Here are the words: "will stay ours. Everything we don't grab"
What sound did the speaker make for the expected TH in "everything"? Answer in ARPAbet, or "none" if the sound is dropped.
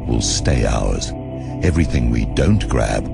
TH